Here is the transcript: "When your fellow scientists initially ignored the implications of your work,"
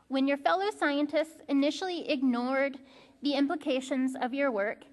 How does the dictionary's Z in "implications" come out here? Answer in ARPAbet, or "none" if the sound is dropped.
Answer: Z